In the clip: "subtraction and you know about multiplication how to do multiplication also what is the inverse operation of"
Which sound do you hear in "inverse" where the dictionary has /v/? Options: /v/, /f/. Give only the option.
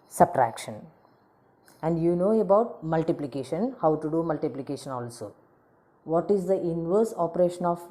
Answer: /v/